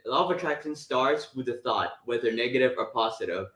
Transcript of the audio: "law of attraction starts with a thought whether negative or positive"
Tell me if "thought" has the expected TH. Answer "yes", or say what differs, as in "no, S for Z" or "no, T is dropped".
yes